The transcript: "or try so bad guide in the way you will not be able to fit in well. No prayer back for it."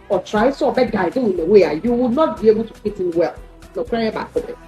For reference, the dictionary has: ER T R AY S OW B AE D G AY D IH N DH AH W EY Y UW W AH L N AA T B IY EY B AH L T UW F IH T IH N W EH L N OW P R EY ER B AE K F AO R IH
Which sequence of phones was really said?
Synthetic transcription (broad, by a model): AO T R AY S OW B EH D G AY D IH N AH W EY Y UW W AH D N AA T B IY EY B AH L T UW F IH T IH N W EH L N OW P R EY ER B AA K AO L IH